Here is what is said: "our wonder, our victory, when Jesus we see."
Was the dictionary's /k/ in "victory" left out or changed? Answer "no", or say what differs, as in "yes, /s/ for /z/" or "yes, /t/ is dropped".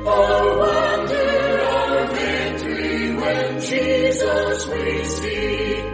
yes, /k/ is dropped